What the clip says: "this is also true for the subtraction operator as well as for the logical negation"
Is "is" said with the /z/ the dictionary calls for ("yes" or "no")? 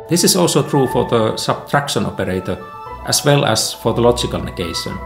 no